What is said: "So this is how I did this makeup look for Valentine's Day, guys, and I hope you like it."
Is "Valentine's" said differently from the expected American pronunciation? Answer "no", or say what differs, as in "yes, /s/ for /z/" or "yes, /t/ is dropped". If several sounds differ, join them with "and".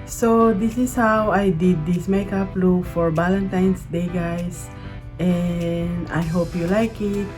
yes, /s/ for /z/